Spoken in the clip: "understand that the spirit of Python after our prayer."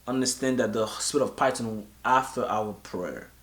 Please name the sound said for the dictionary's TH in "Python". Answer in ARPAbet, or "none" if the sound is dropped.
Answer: T